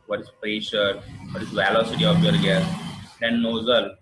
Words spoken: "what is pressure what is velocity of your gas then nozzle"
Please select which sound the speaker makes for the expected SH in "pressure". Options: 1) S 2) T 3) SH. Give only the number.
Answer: 3